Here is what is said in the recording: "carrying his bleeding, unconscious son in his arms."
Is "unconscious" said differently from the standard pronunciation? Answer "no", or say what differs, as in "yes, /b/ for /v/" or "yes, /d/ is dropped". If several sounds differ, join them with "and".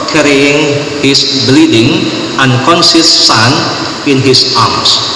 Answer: yes, /s/ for /ʃ/